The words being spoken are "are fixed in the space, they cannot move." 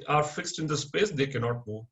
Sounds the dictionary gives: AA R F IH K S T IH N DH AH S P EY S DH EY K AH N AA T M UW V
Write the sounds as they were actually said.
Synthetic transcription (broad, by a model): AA R F IH K S T IH N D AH S P EY S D EY K AH N AA T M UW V